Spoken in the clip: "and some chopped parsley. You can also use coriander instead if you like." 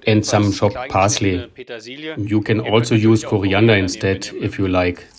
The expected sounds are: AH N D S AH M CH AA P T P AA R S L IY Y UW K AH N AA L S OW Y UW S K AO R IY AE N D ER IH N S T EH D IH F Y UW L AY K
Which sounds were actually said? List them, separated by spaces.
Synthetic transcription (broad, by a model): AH N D S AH M SH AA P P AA S L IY Y UW K AH N AA L S OW Y UW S K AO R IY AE N D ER IH N S T EH D IH F Y UW L AY K